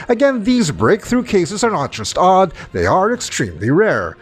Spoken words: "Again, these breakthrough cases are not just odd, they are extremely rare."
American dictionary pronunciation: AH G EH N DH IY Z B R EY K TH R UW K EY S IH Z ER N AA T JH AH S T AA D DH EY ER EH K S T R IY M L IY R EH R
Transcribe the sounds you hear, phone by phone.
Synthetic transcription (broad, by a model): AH G EH N DH IY Z B R EY K TH R UW K EY S IH Z ER N AA T JH AH S T AA D DH EY ER EH K S T R IY M L IY R EH R